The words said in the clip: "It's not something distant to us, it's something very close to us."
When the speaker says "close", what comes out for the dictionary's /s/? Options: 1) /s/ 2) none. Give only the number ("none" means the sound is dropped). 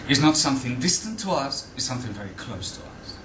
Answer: 1